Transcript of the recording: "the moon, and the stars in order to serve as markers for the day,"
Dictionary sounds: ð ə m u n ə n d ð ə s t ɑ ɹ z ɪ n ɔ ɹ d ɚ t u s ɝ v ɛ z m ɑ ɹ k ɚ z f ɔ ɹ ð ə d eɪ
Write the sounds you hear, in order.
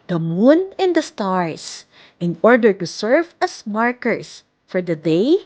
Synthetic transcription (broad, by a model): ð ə m u n ə n d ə s t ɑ ɹ s ɪ n ɔ ɹ d ɚ t u s ɝ v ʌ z m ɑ ɹ k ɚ s f ɔ ɹ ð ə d eɪ